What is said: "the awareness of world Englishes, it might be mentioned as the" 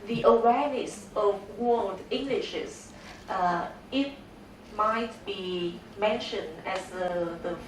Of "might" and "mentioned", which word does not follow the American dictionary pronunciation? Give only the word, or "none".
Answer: none